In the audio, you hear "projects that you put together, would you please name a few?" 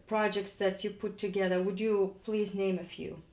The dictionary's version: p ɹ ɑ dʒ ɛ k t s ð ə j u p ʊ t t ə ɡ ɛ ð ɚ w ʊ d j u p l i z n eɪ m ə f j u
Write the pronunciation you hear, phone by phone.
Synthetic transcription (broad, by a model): p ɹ ɑ dʒ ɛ k t s ð ə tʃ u p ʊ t t ə ɡ ɛ ð ɚ w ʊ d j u p l i z n eɪ m ə f j u